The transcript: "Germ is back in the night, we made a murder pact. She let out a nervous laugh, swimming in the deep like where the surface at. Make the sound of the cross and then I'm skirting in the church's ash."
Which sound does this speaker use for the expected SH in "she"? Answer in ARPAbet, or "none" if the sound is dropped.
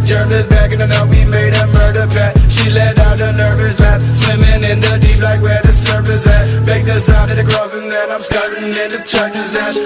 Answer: SH